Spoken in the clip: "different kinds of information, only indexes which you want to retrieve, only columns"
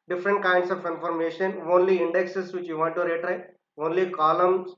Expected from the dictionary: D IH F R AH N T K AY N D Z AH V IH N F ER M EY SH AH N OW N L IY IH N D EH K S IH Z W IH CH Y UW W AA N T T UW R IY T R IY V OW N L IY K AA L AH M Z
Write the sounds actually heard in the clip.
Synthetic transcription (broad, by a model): D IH F R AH N T K AY N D S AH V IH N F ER M EY SH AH N OW N L IY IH N D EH K S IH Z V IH CH Y UW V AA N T T UW R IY T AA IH OW N L IY K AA L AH M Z